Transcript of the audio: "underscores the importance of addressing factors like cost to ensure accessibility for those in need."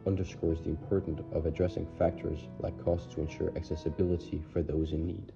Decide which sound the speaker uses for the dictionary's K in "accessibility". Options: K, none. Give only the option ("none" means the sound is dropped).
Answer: K